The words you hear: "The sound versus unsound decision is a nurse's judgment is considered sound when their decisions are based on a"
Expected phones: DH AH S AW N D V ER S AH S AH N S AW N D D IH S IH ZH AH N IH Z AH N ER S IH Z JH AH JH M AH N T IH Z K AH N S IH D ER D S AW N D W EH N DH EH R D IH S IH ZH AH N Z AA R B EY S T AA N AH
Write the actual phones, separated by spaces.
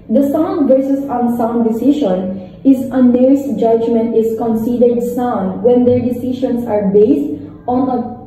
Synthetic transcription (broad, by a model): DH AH S AW N D V ER S AH S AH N S AW N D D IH S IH SH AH N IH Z AH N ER S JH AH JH M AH N T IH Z K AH N S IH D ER D S AW N D W EH N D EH R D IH S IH SH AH N S AA R B EY S T AA N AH